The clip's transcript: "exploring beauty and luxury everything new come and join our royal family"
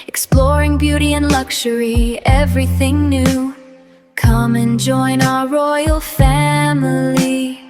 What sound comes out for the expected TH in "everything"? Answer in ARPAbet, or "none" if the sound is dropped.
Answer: TH